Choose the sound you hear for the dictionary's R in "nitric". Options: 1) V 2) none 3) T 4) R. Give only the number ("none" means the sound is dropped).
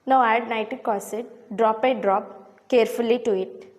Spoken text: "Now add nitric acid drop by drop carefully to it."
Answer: 2